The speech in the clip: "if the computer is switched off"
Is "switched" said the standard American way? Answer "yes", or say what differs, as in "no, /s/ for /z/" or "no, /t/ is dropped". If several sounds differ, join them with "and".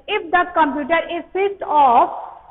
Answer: no, /s/ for /tʃ/